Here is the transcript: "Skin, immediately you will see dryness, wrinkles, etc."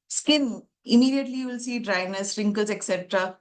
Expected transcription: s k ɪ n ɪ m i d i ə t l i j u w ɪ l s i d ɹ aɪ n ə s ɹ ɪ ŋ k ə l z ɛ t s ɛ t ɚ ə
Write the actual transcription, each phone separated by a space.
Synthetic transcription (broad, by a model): s k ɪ n ɪ m i d i ə t l i j u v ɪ l s i d ɹ aɪ n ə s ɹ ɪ ŋ k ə z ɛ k s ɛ t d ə